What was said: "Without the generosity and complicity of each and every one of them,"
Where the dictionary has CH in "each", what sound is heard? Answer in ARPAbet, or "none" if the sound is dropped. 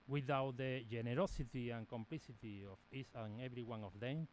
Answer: S